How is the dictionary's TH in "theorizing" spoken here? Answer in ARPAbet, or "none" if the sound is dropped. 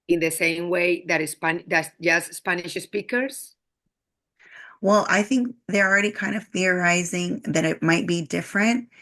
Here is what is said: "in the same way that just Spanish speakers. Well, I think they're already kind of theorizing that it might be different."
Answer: TH